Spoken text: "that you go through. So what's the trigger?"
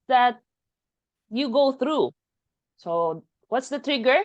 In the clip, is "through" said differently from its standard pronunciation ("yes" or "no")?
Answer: no